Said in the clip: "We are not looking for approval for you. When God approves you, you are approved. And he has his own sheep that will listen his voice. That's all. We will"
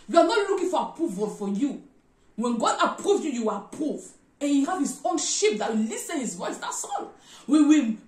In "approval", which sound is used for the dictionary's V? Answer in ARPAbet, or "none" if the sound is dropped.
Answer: V